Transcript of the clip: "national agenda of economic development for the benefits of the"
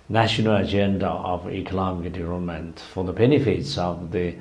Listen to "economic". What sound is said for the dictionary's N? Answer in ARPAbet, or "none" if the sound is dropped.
L